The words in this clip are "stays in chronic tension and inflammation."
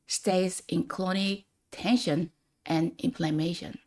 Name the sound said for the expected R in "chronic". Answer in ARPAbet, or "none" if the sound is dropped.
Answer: L